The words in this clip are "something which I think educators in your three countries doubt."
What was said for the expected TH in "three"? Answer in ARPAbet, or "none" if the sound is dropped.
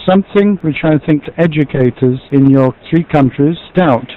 TH